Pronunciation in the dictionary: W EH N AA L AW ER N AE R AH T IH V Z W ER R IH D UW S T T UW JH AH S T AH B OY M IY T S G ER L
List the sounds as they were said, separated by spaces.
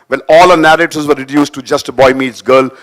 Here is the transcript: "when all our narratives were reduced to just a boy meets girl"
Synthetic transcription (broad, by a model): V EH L AA L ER N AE R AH T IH Z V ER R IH D UW S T T UW JH AH S T AH B OY M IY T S G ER L